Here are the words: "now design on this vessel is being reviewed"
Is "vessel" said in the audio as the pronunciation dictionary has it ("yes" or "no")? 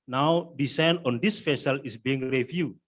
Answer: no